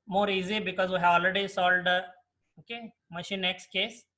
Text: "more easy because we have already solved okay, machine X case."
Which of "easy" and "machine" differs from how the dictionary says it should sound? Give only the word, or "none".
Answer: none